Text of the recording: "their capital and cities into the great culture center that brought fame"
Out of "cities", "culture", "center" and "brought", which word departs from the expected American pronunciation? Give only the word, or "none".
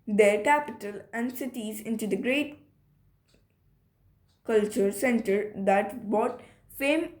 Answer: brought